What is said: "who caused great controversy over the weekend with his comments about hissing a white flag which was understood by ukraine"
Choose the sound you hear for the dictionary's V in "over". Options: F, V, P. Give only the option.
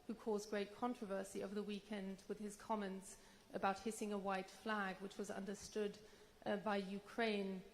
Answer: V